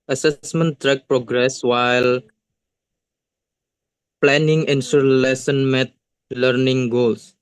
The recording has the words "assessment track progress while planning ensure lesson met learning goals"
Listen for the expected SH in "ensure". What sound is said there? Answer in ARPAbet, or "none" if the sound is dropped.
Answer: S